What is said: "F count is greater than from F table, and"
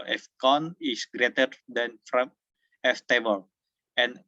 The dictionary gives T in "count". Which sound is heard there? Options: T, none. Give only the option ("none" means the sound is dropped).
none